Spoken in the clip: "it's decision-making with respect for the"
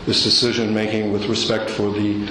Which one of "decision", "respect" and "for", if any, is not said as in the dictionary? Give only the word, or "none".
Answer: none